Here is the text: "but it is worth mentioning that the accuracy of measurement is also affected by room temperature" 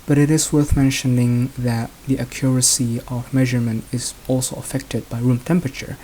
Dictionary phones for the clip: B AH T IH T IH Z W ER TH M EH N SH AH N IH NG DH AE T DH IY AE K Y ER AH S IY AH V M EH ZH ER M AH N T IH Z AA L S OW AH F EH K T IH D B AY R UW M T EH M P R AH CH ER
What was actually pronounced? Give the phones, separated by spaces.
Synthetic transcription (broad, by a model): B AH T IH T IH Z W ER TH M EH N SH AH N IH NG DH AE T DH IY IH K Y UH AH S IY AH V M EH ZH ER M AH N T IH Z AA L S OW AH F EH K T IH D B AY R UW M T EH M P R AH CH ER